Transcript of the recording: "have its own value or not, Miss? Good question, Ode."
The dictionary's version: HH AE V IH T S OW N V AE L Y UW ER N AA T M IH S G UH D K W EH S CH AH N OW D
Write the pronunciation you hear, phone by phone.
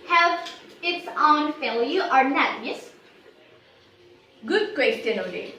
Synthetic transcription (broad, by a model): HH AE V IH T S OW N F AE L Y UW ER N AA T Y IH S G UH D K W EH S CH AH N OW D